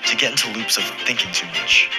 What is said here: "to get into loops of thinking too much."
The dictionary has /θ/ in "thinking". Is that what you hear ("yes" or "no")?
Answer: yes